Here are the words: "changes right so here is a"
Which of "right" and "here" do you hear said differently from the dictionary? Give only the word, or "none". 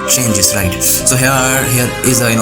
none